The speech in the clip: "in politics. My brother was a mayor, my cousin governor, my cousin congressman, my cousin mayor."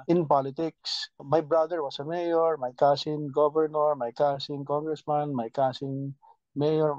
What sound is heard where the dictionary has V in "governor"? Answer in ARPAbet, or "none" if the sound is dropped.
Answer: B